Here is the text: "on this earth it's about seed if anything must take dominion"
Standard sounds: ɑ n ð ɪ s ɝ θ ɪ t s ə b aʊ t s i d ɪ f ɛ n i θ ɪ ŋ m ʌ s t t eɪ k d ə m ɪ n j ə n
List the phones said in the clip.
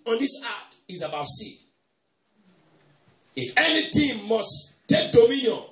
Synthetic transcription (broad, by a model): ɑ n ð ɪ s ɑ t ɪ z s ə b aʊ t s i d ɪ f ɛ n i t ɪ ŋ m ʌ s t t eɪ k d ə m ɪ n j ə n